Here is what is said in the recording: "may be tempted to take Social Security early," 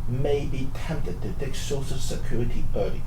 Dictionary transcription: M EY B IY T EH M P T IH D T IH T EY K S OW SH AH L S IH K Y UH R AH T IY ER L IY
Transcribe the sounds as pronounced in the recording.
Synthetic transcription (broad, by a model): M EY B IY T EH M P T IH D T IH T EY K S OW S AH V S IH K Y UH R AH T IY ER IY